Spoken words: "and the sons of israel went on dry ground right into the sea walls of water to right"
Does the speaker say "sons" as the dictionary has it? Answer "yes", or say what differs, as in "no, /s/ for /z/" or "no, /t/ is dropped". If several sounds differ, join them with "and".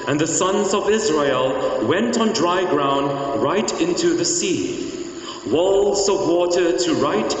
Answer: yes